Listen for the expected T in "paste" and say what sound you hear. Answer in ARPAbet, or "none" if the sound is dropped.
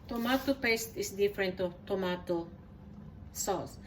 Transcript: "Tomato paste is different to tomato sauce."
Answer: T